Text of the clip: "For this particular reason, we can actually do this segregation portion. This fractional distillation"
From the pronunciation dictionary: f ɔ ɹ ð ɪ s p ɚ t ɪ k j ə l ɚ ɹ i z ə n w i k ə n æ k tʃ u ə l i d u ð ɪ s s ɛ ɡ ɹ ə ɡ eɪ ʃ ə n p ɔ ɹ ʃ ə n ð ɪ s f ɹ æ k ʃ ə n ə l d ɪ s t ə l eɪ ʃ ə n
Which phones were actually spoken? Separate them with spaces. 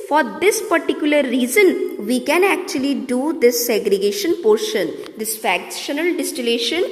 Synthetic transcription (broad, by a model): f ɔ ɹ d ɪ s p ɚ t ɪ k j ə l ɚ ɹ i z ə n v i k ə n æ k tʃ u ə l i d u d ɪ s s ɛ ɡ ɹ ə ɡ eɪ ʃ ə n p ɔ ɹ ʃ ə n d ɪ s f æ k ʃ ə n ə l d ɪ s t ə l eɪ ʃ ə n